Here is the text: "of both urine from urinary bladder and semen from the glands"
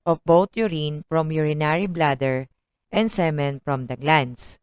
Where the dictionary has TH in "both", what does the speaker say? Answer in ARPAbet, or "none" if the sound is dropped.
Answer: T